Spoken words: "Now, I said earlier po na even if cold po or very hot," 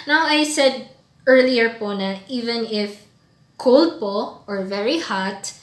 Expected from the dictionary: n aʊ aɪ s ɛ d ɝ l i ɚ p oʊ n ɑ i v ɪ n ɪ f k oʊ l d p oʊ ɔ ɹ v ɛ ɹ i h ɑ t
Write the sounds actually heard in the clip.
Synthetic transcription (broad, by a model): n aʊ aɪ s ɛ d ɝ l i ɚ p oʊ n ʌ i v ɪ n ɪ f k oʊ l d p oʊ ɔ ɹ v ɛ ɹ i h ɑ t